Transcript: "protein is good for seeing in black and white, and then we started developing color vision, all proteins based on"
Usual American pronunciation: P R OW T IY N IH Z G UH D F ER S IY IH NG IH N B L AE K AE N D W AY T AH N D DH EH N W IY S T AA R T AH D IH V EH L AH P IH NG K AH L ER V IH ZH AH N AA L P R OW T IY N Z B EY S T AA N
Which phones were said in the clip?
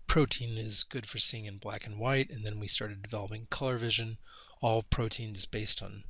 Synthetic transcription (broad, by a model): P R OW T IY N IH Z G UH D F ER S IY IH NG IH N B L AE K N W AY T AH N DH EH N W IY S T AA R T AH D IH V EH L AH P IH NG K AH L ER V IH ZH AH N AA L P R OW T IY N Z B EY S T N